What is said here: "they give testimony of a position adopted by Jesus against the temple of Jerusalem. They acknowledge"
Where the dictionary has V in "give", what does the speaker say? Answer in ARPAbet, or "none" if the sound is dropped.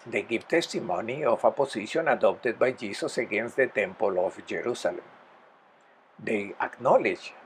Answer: P